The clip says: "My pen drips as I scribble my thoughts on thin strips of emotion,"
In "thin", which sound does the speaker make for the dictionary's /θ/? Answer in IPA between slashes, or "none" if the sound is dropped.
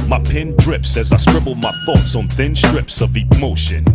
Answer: /θ/